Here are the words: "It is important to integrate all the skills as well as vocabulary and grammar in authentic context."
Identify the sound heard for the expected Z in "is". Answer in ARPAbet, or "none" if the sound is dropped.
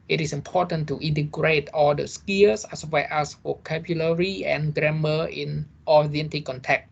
S